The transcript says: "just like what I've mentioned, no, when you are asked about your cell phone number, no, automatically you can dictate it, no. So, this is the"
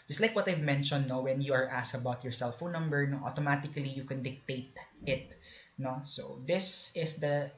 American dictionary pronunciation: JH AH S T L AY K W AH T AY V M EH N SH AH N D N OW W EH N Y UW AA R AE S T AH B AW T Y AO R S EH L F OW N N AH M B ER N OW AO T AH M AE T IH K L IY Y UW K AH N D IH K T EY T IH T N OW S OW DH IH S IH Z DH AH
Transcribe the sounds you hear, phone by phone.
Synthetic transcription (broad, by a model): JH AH S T L AY K W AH T AY V M EH N SH AH N D N OW W EH N Y UW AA R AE S AH B AW T Y AO R S EH L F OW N N AH M B ER N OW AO T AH M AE T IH K L IY Y UW K AH N D IH K T EY T IH T N OW S OW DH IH S IH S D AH